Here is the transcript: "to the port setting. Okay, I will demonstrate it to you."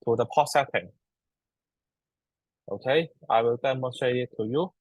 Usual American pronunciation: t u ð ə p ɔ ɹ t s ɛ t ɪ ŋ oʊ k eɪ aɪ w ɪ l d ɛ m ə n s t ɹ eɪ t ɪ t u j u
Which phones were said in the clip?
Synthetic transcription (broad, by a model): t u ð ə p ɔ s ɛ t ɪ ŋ oʊ k eɪ aɪ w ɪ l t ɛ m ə s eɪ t ɪ t u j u